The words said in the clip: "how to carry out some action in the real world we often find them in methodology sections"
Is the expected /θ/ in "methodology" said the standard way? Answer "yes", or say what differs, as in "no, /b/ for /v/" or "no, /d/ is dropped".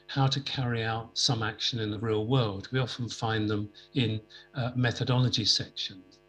yes